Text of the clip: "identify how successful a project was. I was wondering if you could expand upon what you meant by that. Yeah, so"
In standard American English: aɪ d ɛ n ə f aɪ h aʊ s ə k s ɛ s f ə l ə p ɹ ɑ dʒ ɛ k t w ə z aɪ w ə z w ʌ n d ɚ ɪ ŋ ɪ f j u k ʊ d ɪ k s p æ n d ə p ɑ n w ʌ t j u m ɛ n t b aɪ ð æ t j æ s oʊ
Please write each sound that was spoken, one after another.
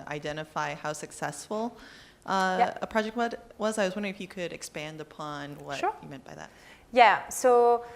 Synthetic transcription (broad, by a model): aɪ d ɛ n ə f aɪ h aʊ s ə k s ɛ s f ə ə p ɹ ɑ dʒ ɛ k t w ə z aɪ w ə z w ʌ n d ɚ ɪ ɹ ɪ f j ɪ k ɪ d ɪ k s p æ n d ə p ɑ n w ʌ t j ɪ m ɛ n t b aɪ ð æ t j æ s oʊ